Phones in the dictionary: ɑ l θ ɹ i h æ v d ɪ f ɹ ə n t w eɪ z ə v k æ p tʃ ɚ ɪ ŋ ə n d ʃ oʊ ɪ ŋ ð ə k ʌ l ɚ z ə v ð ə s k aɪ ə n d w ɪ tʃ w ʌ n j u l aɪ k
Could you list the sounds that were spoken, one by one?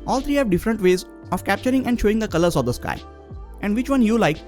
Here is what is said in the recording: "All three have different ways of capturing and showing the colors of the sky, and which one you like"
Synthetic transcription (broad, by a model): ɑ l t ɹ i h æ v d ɪ f ɹ ə n t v eɪ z ə v k æ p tʃ ɚ ɪ ŋ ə n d ʃ oʊ ɪ ŋ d ə k ʌ l ɚ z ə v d ə s k aɪ ə n d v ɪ tʃ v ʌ n j u l aɪ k